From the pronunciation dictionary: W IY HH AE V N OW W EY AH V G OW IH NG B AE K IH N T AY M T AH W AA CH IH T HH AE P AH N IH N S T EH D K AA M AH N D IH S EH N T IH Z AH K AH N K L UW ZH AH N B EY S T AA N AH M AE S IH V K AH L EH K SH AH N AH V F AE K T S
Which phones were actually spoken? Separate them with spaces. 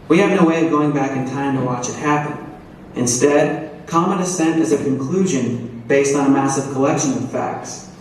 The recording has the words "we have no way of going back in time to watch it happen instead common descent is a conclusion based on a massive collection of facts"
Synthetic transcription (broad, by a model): W IY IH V N OW W EY AH V G OW IH NG B AE K IH N T AY M T AH W AA CH IH T HH AE P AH N IH N S T EH D K AA M AH N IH S EH N T IH Z AH K AH N K L UW ZH AH N B EY S T N AH M AE S IH V K AH L EH K SH AH N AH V F AE K T S